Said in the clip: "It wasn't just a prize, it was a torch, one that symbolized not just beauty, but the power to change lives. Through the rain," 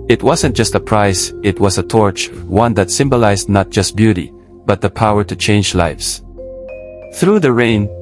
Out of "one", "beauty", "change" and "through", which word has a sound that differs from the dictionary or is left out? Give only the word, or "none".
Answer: none